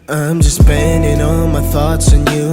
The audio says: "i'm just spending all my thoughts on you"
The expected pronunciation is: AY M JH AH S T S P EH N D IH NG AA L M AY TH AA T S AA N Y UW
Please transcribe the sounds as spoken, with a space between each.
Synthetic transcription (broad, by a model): AY M JH AH S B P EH N D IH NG AA L M AY TH AA T S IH N Y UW